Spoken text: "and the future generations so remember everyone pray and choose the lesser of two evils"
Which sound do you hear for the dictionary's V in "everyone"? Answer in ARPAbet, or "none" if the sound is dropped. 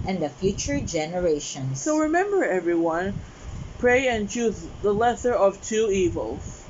V